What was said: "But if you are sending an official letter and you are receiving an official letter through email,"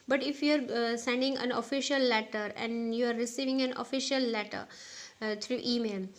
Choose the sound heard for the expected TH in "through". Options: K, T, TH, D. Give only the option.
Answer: T